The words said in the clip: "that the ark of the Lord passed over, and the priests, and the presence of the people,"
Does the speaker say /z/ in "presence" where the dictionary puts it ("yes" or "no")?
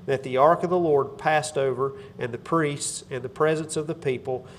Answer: yes